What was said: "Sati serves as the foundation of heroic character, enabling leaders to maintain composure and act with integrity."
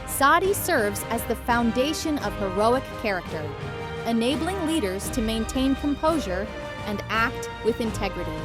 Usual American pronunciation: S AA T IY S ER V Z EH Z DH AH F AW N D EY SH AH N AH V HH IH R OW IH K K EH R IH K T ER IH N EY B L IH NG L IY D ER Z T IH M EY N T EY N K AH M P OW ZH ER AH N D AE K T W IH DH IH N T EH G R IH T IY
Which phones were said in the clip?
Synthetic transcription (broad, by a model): S AA T IY S ER V Z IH Z DH AH F AW N D EY SH AH N AH V HH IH R OW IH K K EH R IH K T ER IH N EY B L IH NG L IY D ER Z T IH M EY N T EY N K AH M P OW ZH ER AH N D AE K T W IH DH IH N T EH G R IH T IY